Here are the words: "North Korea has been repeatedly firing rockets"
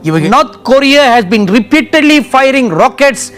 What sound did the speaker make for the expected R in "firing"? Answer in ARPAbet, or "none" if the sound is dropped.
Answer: R